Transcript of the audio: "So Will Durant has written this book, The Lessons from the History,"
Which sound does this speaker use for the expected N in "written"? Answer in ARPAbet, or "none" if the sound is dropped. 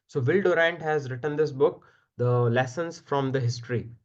N